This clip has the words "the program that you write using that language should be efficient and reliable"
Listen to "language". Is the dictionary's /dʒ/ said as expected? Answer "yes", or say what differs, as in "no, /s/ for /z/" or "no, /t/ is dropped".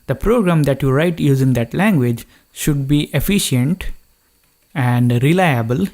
yes